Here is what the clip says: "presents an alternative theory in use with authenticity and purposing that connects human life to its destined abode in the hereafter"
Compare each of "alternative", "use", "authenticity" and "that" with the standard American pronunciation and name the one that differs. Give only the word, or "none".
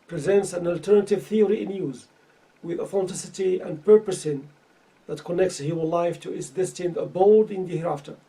authenticity